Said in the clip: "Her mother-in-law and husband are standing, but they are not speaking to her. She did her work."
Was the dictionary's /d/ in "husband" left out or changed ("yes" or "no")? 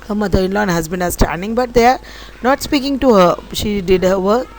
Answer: yes